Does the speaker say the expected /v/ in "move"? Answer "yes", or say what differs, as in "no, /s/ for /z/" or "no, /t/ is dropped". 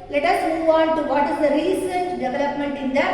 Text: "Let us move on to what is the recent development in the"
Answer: yes